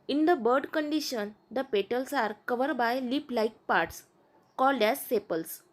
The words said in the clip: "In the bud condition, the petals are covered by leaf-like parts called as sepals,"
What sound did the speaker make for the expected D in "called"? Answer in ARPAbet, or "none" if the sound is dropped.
D